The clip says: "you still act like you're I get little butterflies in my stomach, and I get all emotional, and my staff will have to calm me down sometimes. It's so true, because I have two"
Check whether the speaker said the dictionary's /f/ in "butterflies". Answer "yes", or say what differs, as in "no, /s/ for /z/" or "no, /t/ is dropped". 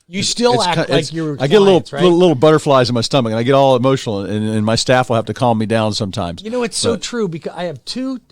yes